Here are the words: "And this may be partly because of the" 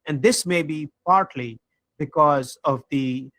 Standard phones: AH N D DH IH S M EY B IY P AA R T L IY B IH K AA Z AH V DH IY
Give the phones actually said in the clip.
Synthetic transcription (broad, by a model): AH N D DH IH S M EY B IY P AA R T L IY B IH K AA Z AH V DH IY